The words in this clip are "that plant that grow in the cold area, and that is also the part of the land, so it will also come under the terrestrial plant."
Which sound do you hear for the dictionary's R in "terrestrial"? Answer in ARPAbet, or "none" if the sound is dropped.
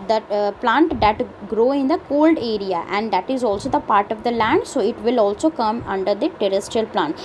R